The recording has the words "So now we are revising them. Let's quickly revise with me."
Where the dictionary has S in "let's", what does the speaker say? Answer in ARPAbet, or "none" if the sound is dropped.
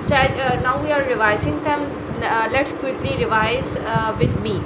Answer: S